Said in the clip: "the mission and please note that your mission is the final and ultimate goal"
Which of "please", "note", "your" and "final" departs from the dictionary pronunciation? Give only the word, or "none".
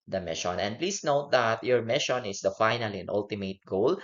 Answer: please